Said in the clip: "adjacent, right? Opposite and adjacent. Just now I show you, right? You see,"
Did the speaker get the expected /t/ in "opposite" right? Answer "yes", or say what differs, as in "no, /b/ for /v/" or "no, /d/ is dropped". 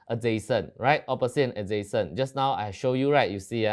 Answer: no, /t/ is dropped